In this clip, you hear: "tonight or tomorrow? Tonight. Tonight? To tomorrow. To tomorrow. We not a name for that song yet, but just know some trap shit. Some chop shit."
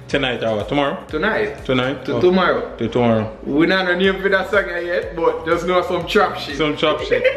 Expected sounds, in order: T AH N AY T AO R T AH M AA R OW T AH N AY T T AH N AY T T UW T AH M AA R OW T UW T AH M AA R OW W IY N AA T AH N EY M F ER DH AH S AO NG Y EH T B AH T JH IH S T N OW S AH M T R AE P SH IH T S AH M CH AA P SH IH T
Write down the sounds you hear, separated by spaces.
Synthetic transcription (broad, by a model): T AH N AY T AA W T AH M AA R OW T AH N AY T T AH N AY T T UW T AH M AA R OW T UW T AH M AA R OW W IY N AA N AH N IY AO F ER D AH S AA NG Y EH T B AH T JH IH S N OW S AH M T R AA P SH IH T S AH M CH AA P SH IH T